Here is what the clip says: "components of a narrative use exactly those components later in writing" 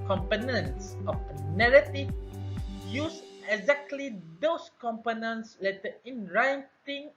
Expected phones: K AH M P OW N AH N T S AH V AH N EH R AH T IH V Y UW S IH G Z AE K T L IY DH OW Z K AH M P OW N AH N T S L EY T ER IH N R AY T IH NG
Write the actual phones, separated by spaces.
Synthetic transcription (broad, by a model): K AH M P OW N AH N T S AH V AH N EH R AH T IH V Y UW S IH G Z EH K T L IY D OW S K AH M P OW N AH N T S L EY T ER IH N R AY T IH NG